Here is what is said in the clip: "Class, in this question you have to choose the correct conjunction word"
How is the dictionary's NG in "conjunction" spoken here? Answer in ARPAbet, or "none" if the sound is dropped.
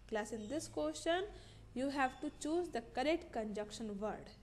none